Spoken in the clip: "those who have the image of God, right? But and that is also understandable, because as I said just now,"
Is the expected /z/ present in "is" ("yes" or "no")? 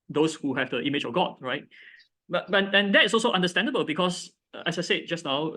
no